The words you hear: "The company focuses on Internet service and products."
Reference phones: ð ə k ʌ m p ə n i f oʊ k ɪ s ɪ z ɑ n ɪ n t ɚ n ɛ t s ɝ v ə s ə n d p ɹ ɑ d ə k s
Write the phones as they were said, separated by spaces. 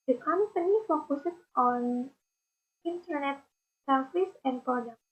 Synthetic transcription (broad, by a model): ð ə k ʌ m p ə n i f oʊ k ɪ s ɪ s ɑ n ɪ n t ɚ n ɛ t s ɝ f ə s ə n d p ɹ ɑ d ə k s